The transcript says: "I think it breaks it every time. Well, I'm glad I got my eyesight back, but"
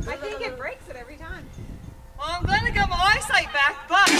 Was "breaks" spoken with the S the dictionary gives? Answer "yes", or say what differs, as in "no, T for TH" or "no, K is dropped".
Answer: yes